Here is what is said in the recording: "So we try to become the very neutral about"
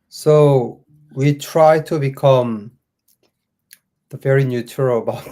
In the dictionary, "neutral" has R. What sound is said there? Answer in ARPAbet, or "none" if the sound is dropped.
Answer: none